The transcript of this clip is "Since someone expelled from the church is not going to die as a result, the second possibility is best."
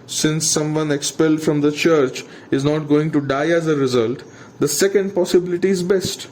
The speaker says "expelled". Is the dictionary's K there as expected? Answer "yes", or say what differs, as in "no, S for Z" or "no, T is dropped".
yes